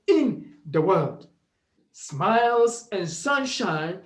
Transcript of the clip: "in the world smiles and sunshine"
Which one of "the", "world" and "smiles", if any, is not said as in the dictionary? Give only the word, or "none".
none